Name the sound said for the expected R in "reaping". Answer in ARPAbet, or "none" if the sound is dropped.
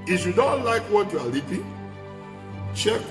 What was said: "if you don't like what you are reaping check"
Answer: L